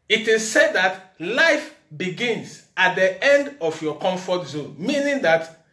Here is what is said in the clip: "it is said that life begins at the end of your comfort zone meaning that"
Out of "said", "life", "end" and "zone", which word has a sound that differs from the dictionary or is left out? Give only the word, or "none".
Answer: none